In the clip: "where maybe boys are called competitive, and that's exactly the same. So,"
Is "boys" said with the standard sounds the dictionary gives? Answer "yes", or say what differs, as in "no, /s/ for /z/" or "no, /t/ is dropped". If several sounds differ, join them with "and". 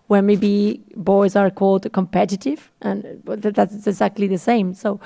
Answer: yes